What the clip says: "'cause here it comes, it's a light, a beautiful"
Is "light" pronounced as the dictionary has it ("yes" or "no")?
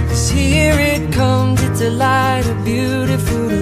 yes